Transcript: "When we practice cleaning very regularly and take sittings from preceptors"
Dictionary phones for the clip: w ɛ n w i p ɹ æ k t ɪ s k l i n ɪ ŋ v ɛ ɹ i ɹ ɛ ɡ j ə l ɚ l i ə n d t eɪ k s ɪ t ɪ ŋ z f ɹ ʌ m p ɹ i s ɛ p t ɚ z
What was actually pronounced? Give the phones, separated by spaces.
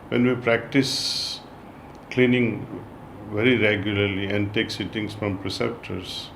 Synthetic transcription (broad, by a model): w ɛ n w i p ɹ æ k t ɪ s k l i n ɪ ŋ v ɛ ɹ i ɹ ɛ ɡ j ə l ɚ l i ə n d t eɪ k s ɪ t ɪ ŋ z f ɹ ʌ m p ɹ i s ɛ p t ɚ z